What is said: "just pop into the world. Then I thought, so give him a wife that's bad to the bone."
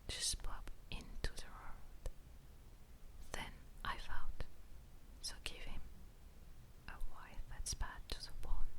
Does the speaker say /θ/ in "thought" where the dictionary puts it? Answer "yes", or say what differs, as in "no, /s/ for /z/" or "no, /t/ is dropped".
no, /f/ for /θ/